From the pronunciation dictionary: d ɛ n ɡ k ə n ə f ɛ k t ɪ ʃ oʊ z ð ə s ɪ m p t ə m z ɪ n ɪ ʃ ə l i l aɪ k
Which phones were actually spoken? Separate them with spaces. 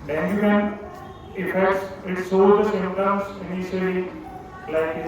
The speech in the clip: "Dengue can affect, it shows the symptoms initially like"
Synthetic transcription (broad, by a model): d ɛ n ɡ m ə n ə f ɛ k t ɪ s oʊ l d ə s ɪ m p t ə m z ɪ n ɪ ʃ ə l i l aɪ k